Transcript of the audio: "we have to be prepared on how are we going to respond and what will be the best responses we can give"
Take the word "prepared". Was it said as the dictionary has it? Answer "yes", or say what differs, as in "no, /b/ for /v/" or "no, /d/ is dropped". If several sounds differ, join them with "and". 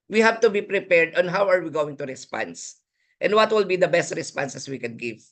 yes